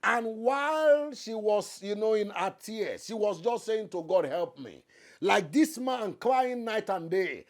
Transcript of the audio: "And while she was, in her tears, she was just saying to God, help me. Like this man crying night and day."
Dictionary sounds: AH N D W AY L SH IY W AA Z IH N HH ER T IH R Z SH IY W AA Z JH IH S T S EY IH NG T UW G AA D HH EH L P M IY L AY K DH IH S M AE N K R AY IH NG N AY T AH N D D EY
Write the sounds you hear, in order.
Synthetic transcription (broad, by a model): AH N W AY L SH IY W AA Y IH N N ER T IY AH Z SH IY W AA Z JH IH S T S EY IH NG T UW G AA D HH EH L P M IY L AY K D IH S M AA N K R AY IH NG N AY T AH N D D EY